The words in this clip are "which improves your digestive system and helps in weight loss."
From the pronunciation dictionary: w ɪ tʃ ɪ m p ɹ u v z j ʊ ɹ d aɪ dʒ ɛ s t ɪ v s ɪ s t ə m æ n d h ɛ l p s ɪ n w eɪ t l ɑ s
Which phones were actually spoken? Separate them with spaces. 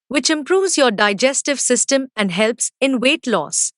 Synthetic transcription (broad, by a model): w ɪ tʃ ɪ m p ɹ u v z j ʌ ɹ d aɪ dʒ ɛ s t ɪ v s ɪ s t ə m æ n d h ɛ l p s ɪ n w eɪ t l ɑ s